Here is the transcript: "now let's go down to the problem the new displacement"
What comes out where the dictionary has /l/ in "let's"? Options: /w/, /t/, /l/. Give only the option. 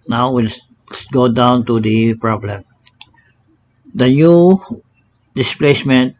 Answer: /w/